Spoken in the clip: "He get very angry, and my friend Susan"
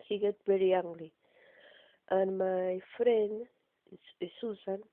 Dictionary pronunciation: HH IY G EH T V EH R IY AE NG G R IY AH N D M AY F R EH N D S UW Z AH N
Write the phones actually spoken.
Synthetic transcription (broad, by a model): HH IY G EH T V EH R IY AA NG G L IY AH N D M AY F R EH N D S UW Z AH N